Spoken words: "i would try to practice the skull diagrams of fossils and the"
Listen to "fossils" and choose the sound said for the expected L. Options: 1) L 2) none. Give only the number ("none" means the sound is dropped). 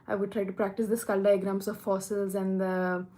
1